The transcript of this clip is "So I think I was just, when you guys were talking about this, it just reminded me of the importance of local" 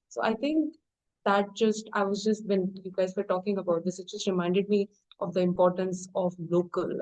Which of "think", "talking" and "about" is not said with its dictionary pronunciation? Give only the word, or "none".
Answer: think